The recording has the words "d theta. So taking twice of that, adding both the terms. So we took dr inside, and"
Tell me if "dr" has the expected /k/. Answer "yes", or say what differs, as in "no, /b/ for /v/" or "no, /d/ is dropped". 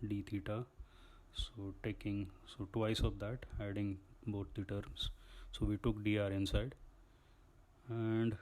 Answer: no, /k/ is dropped